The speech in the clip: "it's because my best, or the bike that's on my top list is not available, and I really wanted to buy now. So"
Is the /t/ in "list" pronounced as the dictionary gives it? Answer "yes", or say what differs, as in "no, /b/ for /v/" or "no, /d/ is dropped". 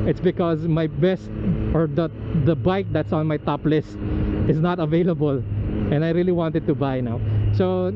yes